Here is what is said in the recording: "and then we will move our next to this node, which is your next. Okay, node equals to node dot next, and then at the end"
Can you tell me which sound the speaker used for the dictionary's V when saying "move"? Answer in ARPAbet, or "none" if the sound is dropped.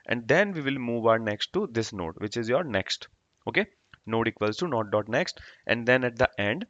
V